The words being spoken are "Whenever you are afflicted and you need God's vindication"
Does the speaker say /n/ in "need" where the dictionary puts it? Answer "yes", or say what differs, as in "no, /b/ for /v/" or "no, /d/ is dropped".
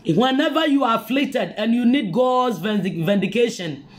yes